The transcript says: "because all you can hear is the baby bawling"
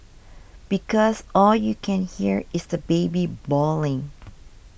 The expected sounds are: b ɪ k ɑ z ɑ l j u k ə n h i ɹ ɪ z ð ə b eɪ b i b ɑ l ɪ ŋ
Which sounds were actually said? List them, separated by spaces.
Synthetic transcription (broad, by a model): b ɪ k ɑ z ɑ l j u k ə n h i ɹ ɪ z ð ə b eɪ b i b ɑ l ɪ ŋ